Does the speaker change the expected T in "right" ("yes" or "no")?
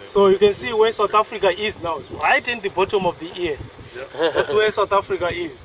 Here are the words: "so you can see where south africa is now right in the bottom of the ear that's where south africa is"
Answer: no